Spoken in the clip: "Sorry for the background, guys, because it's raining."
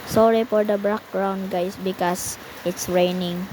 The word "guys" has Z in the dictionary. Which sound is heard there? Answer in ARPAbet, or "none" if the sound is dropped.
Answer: S